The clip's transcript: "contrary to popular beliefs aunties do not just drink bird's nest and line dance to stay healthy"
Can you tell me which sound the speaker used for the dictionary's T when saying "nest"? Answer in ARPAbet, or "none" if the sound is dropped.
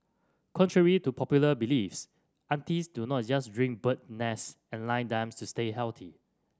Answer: none